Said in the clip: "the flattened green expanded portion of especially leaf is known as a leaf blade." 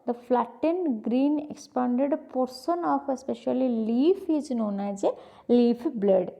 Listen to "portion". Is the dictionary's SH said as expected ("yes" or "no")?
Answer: no